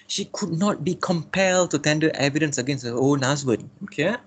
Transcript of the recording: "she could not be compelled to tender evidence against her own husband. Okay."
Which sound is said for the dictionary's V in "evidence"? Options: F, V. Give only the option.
V